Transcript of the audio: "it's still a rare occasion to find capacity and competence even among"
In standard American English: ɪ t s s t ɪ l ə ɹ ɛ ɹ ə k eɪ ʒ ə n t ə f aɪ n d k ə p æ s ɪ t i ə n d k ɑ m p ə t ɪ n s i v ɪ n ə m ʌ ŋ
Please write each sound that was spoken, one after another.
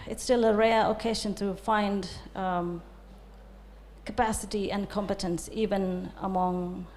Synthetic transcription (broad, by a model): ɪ t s s t ɪ l ə ɹ ɛ ɹ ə k eɪ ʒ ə n t ə f aɪ n d k ə p æ s ɪ t i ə n k ɑ m p ə t ɪ n s i v ɪ n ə m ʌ ŋ